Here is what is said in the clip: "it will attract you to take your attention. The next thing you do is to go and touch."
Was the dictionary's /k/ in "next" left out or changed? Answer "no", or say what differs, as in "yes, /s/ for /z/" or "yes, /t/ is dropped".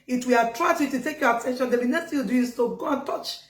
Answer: yes, /k/ is dropped